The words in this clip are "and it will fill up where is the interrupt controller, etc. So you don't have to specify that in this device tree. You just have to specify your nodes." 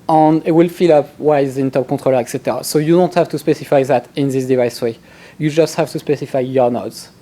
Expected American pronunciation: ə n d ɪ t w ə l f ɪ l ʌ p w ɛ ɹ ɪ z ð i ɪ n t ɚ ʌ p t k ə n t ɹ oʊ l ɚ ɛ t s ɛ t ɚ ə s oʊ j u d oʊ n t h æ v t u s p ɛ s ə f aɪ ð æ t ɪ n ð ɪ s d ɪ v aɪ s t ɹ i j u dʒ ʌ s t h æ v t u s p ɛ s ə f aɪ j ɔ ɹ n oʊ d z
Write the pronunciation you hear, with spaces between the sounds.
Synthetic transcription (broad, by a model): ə n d ɪ t w ə l f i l ʌ p w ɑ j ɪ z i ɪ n t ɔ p k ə t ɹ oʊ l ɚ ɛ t s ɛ t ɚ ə s oʊ j u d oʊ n t h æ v t u s p ɛ s ə f aɪ ð æ t ɪ n ð ɪ s d ɪ v aɪ s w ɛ j u dʒ ʌ s t h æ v t u s p ɛ s ə f aɪ j ɔ ɹ n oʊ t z